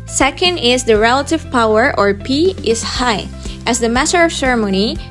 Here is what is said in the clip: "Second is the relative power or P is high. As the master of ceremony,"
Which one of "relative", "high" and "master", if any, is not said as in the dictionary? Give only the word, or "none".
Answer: master